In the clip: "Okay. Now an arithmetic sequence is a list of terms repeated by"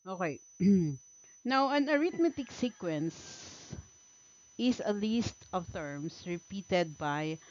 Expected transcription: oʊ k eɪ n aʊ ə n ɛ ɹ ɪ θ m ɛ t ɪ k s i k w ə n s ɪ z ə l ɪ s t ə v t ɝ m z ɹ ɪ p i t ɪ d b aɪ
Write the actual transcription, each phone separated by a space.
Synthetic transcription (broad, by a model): oʊ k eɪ n aʊ ə n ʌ ɹ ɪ t m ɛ t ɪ k s i k w ə n s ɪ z ə l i s t ə v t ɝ m s ɹ ɪ p i t ɪ d b aɪ